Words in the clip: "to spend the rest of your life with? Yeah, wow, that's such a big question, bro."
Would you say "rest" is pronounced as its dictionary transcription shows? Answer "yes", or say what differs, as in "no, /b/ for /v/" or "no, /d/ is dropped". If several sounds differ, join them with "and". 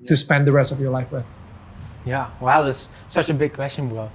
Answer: yes